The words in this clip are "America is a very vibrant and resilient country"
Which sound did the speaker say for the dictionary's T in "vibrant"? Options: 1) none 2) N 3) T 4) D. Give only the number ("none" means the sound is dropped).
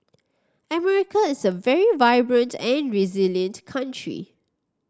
3